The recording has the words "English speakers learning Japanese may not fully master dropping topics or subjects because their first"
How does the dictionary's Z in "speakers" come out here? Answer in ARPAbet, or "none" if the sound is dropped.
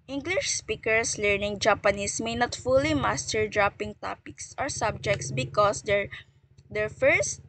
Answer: S